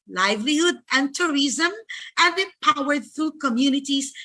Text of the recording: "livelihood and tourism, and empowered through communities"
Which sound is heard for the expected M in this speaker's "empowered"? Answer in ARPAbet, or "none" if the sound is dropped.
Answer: none